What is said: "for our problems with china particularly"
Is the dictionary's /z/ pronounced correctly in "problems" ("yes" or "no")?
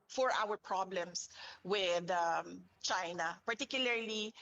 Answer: no